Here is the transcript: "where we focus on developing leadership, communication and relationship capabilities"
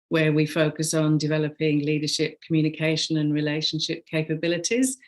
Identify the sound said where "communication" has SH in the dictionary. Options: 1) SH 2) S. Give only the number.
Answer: 1